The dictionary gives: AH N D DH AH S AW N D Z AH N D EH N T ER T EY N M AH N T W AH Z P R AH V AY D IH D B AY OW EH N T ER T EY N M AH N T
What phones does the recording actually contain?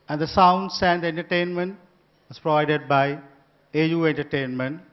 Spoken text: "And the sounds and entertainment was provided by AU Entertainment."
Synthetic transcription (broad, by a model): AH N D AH S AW N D S AH N D EH N T ER T EY N M AH N T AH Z P R AH V AY D IH D B AY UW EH N T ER T EY N M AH N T